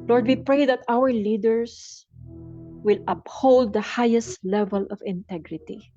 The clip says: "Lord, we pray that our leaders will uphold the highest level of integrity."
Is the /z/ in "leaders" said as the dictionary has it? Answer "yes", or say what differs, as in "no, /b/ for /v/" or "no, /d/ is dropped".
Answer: no, /s/ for /z/